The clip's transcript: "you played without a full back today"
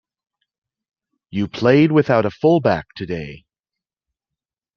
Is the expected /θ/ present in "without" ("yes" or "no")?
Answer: yes